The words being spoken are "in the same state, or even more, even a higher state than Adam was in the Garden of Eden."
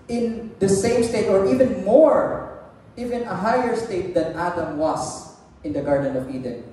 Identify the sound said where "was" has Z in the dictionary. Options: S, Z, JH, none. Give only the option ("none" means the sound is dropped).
S